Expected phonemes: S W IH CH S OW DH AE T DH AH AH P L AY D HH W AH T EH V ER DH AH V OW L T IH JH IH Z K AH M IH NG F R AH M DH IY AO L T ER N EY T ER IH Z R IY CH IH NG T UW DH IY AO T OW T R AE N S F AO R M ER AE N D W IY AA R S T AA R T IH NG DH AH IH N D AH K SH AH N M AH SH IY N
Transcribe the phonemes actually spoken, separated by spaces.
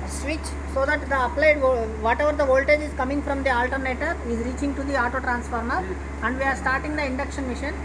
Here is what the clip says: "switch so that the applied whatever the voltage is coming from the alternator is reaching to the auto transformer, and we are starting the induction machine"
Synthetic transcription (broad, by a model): S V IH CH S OW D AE T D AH AH P L AY D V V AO T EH V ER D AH V OW L T IH JH IH Z K AH M IH NG F R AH M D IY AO L T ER N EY T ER IH Z R IY CH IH NG T UW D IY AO T OW T R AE N S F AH R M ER AE N D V IY AA R S T AA R T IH NG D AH IH N D AH K SH AH N M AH SH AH N